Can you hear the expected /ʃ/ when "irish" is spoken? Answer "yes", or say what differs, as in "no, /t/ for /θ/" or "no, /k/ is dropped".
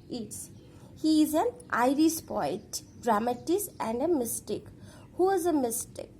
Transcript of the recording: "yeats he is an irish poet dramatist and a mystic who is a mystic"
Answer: no, /s/ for /ʃ/